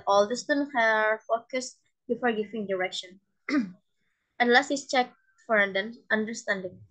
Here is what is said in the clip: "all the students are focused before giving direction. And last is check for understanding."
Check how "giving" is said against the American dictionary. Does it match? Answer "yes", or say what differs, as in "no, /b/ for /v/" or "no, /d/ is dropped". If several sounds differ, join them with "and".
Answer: no, /f/ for /v/